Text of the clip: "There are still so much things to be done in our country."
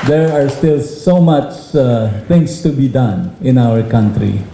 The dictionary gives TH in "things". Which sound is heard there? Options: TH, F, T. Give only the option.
T